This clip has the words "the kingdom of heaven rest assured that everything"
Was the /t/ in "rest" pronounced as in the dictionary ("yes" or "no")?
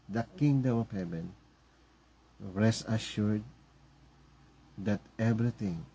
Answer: no